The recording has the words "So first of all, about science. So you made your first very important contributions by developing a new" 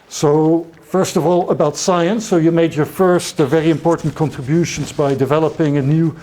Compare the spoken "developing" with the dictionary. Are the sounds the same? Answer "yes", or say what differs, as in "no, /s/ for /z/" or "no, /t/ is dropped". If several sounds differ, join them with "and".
yes